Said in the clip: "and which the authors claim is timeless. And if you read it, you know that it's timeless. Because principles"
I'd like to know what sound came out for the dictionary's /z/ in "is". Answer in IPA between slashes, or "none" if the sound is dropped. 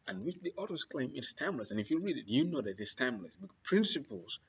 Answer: /s/